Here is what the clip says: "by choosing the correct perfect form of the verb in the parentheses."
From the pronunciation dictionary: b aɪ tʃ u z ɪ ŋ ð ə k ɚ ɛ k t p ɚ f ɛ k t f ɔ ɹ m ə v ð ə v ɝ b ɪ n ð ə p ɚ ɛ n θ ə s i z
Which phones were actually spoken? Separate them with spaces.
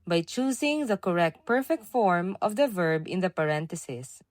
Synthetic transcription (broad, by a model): b aɪ tʃ u s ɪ ŋ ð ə k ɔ ɛ k t p ɚ f ɛ k t f ɔ ɹ m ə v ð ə v ɝ b ɪ n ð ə p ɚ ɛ n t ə s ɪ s